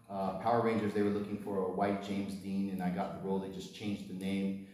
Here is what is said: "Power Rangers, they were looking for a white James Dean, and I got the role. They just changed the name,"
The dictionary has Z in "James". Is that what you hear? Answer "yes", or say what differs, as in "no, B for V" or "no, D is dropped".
yes